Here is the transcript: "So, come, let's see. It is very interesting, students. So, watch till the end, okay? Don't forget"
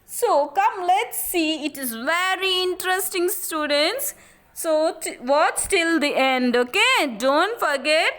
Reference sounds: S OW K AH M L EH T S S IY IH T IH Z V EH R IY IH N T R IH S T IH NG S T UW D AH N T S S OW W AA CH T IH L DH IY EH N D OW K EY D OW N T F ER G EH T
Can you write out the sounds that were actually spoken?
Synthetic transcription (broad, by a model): S OW K AH M L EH T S S IY IH T IH Z V EH R IY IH N T R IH S T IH NG S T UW D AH N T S S OW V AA S T IH L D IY EH N D OW K EY D OW N T F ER G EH T